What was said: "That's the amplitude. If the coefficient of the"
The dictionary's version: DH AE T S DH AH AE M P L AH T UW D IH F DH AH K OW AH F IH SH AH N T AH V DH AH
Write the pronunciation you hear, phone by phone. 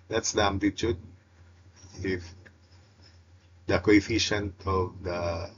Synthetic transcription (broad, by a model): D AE T S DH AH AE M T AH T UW D IH F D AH K OW AH F IH SH AH N T AH V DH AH